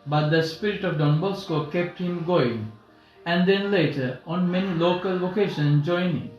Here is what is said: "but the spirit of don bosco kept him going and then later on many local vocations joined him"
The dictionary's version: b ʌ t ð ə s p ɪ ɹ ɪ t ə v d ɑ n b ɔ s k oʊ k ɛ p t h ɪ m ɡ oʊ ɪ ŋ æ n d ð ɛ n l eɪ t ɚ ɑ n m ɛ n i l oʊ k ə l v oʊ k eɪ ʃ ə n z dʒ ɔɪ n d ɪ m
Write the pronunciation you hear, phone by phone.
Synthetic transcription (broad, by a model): b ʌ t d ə s p ɪ ɹ ɪ t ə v d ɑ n b ɔ s k oʊ k ɛ p t h ɪ m ɡ oʊ ɪ ŋ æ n d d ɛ n l eɪ t ɚ ɑ n m ɛ n i l oʊ k ə l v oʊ k eɪ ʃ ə n dʒ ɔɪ n ɪ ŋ